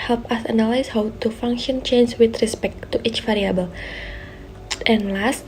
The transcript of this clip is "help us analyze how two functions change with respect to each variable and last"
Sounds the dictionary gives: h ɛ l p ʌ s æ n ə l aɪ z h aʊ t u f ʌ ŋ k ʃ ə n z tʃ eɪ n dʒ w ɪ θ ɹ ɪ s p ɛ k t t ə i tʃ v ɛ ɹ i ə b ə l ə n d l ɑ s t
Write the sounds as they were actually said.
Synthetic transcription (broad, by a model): h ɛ l p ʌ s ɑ n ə l aɪ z h aʊ t u f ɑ ŋ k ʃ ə n tʃ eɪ n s w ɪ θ ɹ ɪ s p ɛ k t t i tʃ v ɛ ɹ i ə b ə l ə n l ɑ s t